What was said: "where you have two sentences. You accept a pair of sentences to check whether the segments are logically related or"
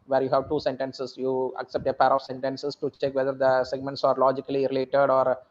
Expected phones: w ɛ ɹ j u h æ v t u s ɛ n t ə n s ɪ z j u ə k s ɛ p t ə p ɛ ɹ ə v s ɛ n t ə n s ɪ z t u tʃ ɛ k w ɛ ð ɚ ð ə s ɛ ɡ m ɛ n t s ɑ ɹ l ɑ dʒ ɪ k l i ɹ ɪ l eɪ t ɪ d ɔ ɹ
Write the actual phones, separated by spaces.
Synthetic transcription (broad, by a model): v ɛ ɹ j u h æ v t u s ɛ n t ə n s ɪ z j u ə k s ɛ p t ə p ɛ ɹ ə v s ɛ n t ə n s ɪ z t u tʃ ɛ k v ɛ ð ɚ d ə s ɛ ɡ m ɛ n t s ɑ ɹ l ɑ dʒ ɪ k l i ɹ ɪ l eɪ t ɪ d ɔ ɹ